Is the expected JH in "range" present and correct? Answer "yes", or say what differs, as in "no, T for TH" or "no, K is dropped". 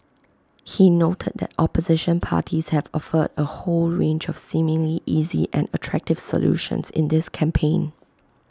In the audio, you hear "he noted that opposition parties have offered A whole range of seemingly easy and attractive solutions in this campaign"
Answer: yes